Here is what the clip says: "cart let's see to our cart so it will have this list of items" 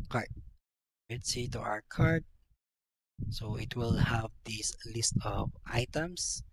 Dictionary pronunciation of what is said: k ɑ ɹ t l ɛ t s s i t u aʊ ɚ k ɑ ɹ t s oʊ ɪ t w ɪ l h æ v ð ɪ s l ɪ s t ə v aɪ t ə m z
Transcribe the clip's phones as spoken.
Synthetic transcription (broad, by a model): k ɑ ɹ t w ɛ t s s i t u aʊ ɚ k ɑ ɹ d s oʊ ɪ t w ɪ l h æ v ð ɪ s l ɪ s t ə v aɪ t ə m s